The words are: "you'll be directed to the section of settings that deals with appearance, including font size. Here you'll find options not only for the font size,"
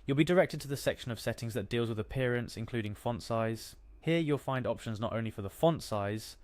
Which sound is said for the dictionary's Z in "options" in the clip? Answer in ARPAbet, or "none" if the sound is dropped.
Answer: Z